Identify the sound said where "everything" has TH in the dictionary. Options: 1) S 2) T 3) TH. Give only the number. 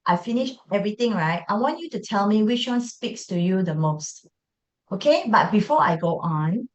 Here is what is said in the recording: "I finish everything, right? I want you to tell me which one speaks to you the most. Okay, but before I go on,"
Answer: 2